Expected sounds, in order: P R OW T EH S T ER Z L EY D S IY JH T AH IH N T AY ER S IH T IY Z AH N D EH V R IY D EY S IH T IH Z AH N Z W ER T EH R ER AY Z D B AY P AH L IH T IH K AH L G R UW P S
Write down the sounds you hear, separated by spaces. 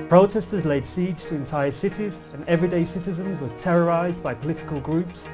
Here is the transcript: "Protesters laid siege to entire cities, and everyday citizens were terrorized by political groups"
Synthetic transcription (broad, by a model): P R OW T EH S T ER Z L EY D S IY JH T AH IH N T AY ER S IH T IY Z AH N EH V R IY D EY S IH T IH Z AH N Z W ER T EH R ER AY Z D B AY P AH L IH T IH K AH L G R UW P S